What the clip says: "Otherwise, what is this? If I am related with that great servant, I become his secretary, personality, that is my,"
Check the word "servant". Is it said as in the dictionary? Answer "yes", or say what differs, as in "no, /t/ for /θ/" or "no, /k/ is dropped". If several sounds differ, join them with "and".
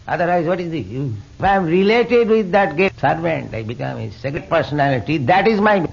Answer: yes